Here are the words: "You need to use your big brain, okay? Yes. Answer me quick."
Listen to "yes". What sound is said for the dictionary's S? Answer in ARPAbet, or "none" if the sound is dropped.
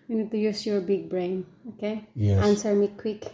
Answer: none